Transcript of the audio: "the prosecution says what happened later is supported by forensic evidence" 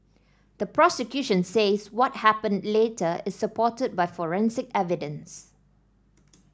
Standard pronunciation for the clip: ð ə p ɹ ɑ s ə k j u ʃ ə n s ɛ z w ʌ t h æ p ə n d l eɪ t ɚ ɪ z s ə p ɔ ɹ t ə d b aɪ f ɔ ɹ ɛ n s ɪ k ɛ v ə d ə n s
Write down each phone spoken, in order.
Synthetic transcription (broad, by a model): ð ə p ɹ ɑ s ə k j u ʃ ə n s ɛ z w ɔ t h æ p ə n d l eɪ t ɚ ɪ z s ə p ɔ t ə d b aɪ f ɔ ɹ ɛ n s ɪ k ɛ v ə d ə n s